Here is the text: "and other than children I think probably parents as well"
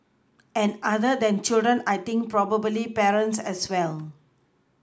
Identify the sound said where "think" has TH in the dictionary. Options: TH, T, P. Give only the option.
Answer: T